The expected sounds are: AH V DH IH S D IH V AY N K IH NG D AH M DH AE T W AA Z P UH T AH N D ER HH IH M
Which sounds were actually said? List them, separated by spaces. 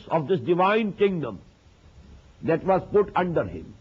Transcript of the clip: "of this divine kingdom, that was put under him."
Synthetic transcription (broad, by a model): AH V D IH S D IH V AY N K IH NG D AH M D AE T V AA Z P UH T AH N D ER HH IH M